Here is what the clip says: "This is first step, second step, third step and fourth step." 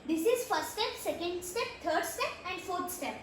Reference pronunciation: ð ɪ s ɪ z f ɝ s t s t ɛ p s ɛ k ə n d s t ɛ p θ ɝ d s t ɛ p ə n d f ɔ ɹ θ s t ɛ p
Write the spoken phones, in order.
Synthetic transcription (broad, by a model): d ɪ s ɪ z f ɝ t s t ɛ p s ɛ k ə n d s t ɛ p t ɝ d s t ɛ p ə n d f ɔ ɹ t s t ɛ p